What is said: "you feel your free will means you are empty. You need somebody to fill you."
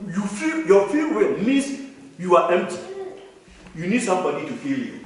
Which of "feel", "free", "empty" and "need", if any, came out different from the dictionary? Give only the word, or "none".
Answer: free